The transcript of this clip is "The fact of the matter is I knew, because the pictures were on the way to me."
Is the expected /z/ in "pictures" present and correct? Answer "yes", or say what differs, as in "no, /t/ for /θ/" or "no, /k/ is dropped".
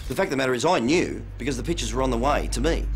yes